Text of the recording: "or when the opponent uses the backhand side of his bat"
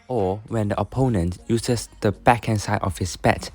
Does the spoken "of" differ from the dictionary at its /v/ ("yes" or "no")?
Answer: yes